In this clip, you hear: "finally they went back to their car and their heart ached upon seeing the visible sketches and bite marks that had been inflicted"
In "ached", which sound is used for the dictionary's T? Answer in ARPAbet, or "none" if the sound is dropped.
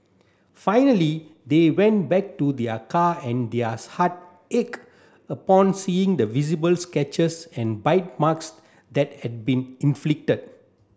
none